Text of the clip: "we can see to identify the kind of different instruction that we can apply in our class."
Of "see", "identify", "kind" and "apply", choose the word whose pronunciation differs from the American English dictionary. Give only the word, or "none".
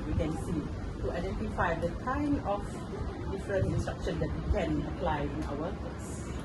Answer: kind